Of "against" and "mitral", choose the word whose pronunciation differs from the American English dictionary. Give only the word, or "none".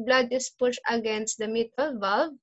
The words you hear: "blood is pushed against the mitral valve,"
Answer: mitral